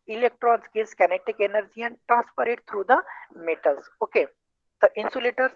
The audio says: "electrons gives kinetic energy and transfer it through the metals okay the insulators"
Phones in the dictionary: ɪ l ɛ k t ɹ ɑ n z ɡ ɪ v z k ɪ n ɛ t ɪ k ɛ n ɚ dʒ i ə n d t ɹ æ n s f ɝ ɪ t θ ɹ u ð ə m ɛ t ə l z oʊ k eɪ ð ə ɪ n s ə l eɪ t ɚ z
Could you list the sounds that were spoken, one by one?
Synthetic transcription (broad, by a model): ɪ l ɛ k t ɹ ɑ n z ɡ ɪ z k ɪ n ɛ t ɪ k ɛ n ɚ dʒ i ə n d t ɹ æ n s p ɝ ɪ t t ɹ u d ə m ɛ t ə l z oʊ k eɪ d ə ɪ n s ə l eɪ t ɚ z